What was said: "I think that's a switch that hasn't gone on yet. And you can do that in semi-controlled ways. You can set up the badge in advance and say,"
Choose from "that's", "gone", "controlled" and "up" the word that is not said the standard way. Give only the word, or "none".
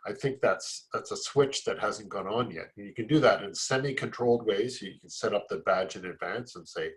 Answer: none